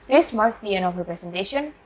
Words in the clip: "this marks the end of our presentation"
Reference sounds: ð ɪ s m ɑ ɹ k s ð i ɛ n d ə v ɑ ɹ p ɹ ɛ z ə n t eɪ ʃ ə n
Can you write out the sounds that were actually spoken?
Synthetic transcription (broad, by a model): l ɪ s m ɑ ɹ s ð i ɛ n ə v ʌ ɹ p ɹ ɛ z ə n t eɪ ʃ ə n